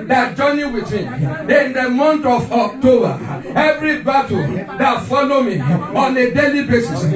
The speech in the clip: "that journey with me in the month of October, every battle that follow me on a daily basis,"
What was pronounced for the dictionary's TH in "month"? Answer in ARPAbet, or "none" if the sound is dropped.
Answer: T